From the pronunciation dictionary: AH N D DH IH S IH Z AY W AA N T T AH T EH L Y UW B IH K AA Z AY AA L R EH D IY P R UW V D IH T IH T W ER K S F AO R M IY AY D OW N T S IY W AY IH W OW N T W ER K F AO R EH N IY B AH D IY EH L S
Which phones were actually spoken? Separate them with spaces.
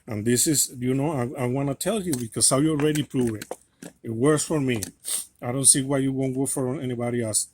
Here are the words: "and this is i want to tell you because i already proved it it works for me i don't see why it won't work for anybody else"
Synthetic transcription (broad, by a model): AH N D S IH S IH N AY W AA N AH T EH L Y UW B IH K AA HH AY AA L R EH D IY P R UW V IH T IH T W ER K S F AO R M IY AY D OW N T S IY W AY IH W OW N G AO F AO R EH N IY B AH D IY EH L S